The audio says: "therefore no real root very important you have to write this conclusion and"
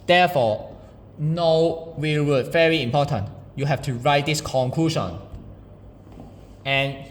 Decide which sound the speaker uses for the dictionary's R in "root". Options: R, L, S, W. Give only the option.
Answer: W